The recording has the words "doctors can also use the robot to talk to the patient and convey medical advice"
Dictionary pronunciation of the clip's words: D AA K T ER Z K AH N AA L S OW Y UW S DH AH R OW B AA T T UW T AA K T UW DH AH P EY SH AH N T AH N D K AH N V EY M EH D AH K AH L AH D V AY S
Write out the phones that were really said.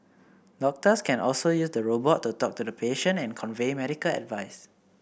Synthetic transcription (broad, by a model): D AA K T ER S K AH N AA L S OW Y UW S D AH R OW B AA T T UW T AA K T UW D AH P EY SH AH N AH N K AH N V EY M EH D AH K AH L AH D V AY S